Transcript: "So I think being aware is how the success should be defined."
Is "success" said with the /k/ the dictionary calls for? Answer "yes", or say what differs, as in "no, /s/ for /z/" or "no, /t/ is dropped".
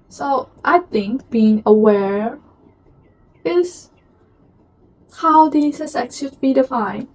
no, /k/ is dropped